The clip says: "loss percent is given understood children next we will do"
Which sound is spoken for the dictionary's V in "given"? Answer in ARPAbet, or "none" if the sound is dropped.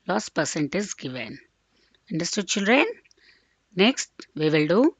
V